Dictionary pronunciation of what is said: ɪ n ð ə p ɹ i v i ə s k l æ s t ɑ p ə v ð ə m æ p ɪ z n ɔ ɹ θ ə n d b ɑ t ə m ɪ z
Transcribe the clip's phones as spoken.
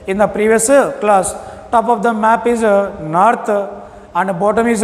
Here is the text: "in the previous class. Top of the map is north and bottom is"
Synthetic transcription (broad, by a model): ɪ n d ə p ɹ i v i ə s k l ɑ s t ɑ p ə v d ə m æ p ɪ z n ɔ ɹ t ə n d b ɑ t ə m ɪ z